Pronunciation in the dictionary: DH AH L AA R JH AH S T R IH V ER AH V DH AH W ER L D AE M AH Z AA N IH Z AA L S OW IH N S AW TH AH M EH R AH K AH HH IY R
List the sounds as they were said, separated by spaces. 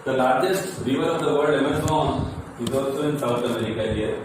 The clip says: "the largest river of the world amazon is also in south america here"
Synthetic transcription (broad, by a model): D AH L AA R JH AH S T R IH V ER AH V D AH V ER D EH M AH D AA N IH Z AA L S OW IH N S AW T AH M EH R AH K AH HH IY R